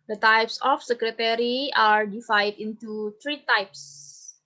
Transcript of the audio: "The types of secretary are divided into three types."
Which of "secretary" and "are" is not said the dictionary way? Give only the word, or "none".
none